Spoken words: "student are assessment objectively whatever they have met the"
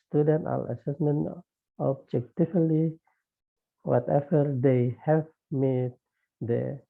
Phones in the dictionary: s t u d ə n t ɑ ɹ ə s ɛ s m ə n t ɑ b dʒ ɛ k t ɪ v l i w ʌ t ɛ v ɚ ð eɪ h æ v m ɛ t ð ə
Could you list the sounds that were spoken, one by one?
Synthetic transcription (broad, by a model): t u d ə n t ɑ l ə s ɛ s m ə n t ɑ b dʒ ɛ k t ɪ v l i w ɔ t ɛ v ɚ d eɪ h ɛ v m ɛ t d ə